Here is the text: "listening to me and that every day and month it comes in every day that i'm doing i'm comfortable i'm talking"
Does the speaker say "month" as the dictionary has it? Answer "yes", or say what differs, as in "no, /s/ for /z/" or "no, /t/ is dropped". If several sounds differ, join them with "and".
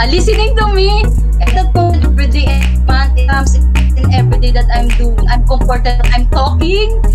no, /t/ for /θ/